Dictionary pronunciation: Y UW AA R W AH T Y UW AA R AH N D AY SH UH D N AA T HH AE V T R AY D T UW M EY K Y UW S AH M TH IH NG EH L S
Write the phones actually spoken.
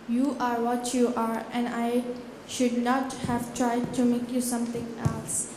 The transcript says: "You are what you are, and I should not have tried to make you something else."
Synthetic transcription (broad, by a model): Y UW AA R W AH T Y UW AA R AH N D AY SH UH D N AA T HH AE V T R AY D T UW M EY K Y UW S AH M T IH NG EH L S